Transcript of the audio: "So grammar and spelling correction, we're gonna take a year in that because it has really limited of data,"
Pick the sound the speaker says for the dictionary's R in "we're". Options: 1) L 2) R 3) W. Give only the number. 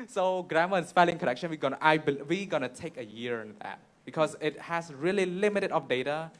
3